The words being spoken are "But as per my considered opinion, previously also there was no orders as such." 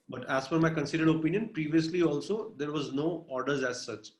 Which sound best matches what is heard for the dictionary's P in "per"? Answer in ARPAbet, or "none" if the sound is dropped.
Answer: F